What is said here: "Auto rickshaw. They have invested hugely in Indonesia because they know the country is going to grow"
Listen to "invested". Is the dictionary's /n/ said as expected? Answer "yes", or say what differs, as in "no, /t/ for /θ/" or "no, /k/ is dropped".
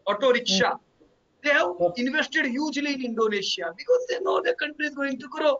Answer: yes